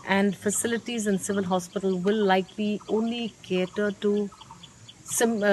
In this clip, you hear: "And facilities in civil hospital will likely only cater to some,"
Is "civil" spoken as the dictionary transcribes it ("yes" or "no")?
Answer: yes